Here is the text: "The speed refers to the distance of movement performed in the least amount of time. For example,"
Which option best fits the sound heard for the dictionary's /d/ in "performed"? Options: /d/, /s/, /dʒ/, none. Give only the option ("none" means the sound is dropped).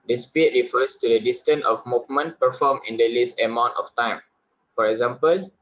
none